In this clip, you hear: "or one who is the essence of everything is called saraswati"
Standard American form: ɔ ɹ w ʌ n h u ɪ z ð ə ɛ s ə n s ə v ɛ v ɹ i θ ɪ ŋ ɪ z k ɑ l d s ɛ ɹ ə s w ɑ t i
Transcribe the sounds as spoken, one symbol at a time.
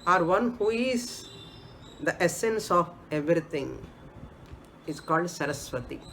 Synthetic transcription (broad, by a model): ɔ ɹ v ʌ n h u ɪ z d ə ɛ s ə n s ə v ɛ v ɹ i t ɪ ŋ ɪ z k ɑ l d s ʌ ɹ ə s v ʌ t i